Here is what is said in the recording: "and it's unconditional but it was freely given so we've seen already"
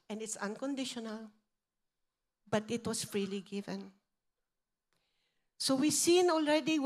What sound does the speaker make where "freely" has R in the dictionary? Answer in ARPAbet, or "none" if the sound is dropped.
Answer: R